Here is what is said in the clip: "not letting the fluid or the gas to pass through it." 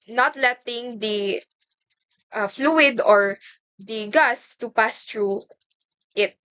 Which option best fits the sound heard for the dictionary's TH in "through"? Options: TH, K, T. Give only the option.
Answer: T